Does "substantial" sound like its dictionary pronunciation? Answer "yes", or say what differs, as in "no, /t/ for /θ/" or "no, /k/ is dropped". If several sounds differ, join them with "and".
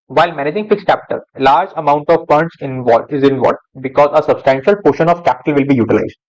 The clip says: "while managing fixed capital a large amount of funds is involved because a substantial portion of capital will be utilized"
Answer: yes